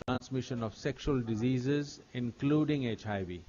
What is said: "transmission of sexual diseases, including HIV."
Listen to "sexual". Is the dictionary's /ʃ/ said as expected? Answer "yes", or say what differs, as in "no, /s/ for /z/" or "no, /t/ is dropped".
yes